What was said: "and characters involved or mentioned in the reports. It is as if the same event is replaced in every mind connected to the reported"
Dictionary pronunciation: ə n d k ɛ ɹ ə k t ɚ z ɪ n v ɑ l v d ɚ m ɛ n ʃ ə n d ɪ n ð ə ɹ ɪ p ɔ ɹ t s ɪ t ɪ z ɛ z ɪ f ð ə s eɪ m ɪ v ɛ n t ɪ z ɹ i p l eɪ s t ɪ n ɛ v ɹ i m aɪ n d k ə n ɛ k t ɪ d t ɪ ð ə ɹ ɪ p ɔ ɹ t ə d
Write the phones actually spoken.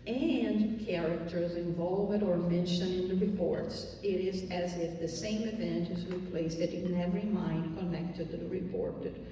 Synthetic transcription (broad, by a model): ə n k ɛ ɹ ə k t ɚ z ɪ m v ɑ l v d ɚ m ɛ n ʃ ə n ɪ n ð ə ɹ ɪ p ɔ ɹ t s ɪ t ɪ z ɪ z ɪ f ð ə s eɪ m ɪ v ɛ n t ɪ z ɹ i p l eɪ s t ɪ n ɛ v ɹ i m aɪ n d k ə n ɛ k t ɪ d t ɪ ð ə ɹ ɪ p ɔ ɹ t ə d